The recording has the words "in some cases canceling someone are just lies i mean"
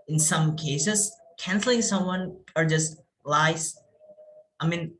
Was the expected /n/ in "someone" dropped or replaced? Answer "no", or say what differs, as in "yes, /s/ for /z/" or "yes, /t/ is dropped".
no